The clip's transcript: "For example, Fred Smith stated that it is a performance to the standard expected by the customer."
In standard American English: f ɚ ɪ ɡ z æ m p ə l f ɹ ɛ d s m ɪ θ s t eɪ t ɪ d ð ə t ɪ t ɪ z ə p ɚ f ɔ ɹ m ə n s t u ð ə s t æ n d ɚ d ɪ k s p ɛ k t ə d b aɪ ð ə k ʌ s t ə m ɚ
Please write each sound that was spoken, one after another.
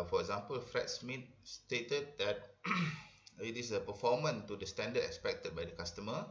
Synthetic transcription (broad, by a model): f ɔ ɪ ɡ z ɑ m p ə l f ɹ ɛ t s m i t s t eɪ t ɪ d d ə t ɪ t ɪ s ə p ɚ f ɔ m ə n t u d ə s t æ n d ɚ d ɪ k s p ɛ k t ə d b aɪ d ə k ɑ s t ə m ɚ